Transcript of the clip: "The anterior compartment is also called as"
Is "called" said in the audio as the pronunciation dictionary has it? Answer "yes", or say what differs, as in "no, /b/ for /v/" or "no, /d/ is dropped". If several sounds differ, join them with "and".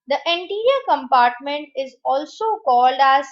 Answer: yes